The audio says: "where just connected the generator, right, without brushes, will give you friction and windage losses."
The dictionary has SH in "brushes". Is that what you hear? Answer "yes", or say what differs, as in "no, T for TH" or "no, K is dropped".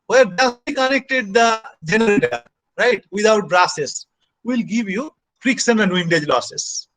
no, S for SH